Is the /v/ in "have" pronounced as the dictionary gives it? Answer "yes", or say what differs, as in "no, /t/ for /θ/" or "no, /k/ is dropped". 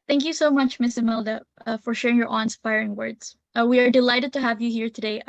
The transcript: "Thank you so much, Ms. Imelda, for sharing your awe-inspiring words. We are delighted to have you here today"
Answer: yes